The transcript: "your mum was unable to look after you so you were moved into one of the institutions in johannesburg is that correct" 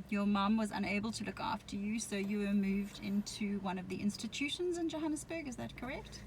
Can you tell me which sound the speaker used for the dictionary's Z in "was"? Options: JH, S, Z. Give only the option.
Z